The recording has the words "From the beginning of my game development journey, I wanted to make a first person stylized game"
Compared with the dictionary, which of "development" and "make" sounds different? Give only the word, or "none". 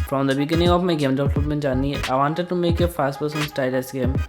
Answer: development